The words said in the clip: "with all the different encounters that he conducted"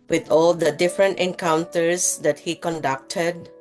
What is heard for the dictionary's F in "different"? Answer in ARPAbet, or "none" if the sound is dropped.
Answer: F